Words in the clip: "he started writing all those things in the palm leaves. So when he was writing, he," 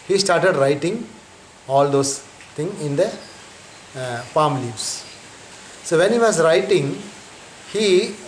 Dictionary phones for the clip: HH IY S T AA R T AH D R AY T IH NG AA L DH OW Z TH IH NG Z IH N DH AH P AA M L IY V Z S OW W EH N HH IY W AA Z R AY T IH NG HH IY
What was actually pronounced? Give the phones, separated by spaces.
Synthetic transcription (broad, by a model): HH IY S T AA R T AH D R AY T IH NG AA L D OW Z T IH NG IH N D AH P AA M L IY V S S OW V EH N HH IY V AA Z R AY T IH NG HH IY